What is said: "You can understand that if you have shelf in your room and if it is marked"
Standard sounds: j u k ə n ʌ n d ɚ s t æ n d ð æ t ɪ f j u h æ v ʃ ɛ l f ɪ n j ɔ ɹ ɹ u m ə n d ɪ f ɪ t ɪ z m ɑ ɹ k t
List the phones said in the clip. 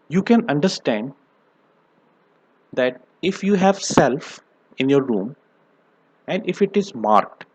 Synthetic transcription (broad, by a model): j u k ə n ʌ n d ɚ s t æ n d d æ t ɪ f j u h æ v s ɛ l f ɪ n j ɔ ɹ ɹ u m ə n d ɪ f ɪ t ɪ z m ɑ ɹ k t